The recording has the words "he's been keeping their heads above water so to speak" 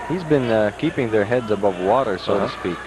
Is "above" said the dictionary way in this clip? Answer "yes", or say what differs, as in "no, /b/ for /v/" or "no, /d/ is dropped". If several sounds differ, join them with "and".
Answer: yes